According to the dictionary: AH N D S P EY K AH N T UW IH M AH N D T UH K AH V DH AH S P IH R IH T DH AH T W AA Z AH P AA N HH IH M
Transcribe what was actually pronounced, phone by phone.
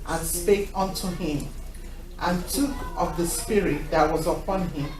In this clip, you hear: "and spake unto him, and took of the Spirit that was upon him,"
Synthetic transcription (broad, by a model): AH N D S P EY K AH N T UW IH M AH N T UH K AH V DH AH S P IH R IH T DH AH T W AA Z AH P AA N HH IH M